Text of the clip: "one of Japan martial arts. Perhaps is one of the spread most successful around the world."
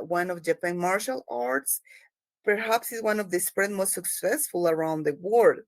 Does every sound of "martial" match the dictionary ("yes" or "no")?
yes